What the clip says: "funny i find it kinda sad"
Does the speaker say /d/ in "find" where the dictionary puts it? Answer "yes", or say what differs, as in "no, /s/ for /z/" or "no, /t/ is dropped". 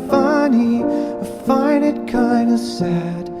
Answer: no, /d/ is dropped